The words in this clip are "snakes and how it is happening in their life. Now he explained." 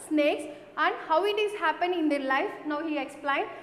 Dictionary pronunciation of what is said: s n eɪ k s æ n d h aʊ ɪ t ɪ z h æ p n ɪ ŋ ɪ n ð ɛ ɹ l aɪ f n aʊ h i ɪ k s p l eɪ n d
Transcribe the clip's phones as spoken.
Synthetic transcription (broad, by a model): s n eɪ k s æ n d h aʊ ɪ t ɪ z h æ p ɪ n ɪ n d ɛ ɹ l aɪ f n aʊ h i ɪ k s p l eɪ n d